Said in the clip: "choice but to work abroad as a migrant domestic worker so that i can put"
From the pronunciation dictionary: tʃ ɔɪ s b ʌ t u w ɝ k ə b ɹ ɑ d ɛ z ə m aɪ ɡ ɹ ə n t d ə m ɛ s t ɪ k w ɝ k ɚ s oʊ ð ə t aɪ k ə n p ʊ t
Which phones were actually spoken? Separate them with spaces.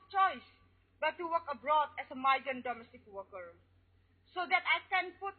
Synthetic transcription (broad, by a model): tʃ ɔɪ s b ʌ t u w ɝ k ə b ɹ ɑ d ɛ s ə m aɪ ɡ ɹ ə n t d ə m ɛ s t ɪ k w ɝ k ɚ s oʊ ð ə t aɪ k ə n p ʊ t